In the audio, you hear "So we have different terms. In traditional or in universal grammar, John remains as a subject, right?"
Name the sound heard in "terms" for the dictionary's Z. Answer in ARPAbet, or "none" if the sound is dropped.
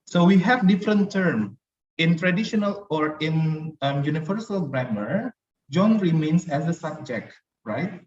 none